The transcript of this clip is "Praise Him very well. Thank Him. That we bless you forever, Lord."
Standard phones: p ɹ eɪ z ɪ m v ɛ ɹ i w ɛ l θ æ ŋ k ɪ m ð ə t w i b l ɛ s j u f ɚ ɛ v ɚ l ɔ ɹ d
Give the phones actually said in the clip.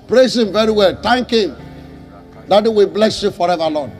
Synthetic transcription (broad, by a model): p ɹ eɪ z ɪ m v ɛ ɹ i w ɛ l t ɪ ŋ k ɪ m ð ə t w i b l ɛ s j u f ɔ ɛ v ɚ l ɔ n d